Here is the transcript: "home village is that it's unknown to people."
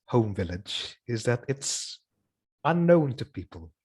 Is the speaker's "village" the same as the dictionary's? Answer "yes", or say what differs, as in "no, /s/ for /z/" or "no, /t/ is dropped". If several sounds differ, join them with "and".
yes